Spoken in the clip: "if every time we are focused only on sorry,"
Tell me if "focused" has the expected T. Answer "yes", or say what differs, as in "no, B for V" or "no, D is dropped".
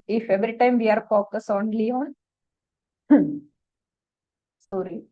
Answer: no, T is dropped